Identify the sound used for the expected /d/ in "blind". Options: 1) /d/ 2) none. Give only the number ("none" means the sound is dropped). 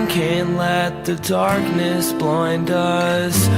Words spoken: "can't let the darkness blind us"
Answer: 1